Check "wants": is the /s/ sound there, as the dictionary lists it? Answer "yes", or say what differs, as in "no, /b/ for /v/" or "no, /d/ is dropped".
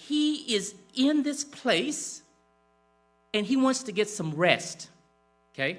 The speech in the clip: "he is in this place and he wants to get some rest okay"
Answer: yes